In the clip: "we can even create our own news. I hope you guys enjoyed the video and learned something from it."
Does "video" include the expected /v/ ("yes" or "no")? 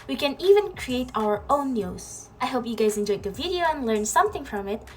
yes